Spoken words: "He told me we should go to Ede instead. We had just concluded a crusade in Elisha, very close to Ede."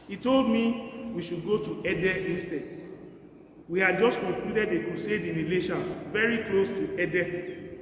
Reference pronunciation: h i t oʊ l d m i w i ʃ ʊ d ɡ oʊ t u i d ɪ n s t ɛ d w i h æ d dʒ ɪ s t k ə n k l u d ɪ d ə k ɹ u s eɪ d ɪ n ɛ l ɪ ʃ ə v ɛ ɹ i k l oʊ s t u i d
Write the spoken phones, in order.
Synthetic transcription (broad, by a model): h i t oʊ l d m i w i ʃ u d ɡ oʊ t u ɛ d ɪ n s t ɛ d w i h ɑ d dʒ ɪ s t k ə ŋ k l u d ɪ d ə k u s eɪ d ɪ n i l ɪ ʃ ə v ɛ ɹ i k l oʊ s t u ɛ d